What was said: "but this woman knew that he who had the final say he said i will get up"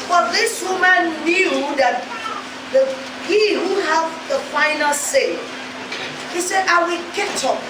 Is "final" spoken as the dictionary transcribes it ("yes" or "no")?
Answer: yes